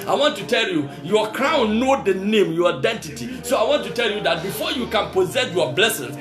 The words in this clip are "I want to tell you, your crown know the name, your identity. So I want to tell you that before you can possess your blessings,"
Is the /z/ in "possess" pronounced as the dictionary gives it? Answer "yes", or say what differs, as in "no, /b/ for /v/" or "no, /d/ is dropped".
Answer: yes